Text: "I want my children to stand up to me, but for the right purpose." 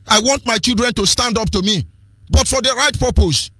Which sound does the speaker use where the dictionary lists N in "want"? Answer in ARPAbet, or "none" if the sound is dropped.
N